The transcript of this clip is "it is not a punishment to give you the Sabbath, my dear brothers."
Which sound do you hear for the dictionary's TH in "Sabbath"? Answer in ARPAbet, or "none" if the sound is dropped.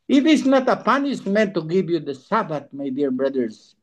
T